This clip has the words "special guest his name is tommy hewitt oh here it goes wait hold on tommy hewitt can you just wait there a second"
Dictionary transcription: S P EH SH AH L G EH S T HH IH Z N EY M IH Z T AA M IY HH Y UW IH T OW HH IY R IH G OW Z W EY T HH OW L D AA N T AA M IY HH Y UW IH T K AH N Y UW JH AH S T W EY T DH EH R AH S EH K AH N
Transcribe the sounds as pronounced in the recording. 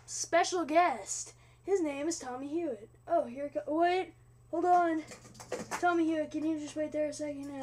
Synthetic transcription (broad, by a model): S P EH SH L G EH S T HH IH Z N EY M IH Z T AA M IY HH Y UW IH T OW HH IY R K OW W EY T HH OW L D N T AA M IY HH Y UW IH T K AH N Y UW JH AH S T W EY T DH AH R AH S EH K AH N